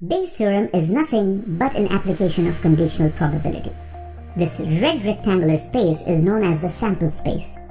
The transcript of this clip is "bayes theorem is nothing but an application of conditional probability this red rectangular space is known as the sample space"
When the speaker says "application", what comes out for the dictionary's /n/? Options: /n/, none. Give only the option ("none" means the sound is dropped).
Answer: /n/